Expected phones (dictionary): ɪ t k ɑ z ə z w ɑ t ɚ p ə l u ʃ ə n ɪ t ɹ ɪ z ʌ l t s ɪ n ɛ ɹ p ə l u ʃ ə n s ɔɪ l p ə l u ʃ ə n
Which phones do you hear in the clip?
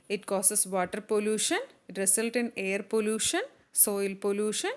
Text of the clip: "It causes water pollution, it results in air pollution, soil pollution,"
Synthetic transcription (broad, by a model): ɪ t k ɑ s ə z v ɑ t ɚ p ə l u ʃ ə n ɪ t ɹ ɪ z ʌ l t ɪ n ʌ ɹ p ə l u ʃ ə n s ɔɪ l p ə l u ʃ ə n